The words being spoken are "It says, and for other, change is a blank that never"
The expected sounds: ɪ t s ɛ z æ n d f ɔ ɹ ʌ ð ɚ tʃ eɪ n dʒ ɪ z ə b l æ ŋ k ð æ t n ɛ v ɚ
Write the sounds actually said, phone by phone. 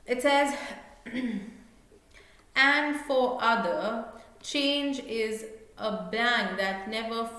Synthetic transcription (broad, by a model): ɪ t s ɛ z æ n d f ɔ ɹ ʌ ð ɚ tʃ eɪ n dʒ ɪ z ə b æ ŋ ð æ t n ɛ v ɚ